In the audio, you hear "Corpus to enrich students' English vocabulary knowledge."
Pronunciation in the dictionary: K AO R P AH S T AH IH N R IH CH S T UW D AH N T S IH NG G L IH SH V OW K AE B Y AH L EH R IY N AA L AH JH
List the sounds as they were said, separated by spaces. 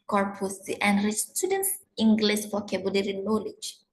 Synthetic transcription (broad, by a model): K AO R P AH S T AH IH N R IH S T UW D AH N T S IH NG G L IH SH F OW K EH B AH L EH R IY N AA L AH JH